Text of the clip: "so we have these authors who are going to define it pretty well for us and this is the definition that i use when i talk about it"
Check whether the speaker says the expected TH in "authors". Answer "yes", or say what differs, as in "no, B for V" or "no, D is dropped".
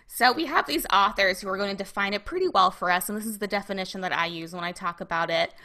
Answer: yes